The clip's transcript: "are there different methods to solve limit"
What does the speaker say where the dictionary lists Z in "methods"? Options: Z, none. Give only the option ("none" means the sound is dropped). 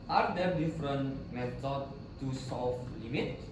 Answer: none